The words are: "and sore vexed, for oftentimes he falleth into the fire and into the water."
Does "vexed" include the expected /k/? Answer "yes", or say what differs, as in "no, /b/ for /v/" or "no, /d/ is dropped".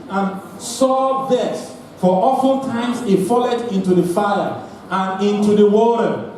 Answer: no, /k/ is dropped